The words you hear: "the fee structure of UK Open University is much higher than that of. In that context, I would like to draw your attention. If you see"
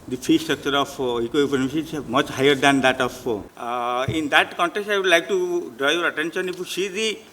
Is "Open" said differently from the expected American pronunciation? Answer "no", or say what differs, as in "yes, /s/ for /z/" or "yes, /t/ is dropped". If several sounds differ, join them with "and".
yes, /p/ is dropped